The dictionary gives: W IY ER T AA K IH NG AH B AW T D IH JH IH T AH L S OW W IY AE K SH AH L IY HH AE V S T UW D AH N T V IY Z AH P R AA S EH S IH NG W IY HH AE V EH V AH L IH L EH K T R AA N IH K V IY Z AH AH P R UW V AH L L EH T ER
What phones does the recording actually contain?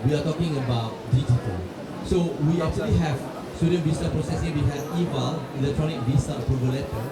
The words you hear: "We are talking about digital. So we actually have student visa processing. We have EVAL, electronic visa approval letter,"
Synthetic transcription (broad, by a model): W IY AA T AA K IH NG AH B AW T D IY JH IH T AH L S OW W IY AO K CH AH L IY HH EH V S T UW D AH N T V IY S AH P R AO S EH S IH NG W IY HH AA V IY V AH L IH L EH K T R AA N IH K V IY S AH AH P UW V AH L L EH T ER